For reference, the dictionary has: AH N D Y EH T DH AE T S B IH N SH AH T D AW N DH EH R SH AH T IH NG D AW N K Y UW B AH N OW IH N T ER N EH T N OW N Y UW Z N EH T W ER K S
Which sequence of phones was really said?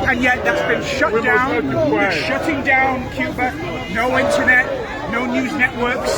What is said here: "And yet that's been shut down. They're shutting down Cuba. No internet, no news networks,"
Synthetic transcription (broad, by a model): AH N Y EH T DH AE T S B IH N SH AH T D AW N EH SH AH T IH NG D AW N K Y UW B AH N OW IH N T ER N EH T N OW N Y UW Z N EH T W ER K S